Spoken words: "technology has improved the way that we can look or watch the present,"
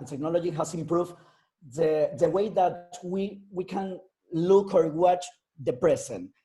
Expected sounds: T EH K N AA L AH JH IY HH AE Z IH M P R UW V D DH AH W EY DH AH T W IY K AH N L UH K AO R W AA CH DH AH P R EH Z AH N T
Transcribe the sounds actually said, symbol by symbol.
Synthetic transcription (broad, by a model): T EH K N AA L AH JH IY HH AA S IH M P R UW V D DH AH W EY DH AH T W IY K AH N L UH K AO R W AA CH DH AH P R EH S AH N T